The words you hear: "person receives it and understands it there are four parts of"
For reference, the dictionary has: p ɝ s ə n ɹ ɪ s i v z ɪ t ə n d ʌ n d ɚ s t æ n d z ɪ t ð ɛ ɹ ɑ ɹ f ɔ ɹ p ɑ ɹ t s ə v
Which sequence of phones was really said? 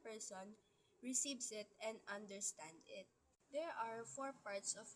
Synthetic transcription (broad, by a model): p ɝ s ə n ɹ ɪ s i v s ɪ t ə n d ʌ n d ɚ s t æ n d ɪ t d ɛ ɹ ɑ ɹ f ɔ ɹ p ɑ ɹ t s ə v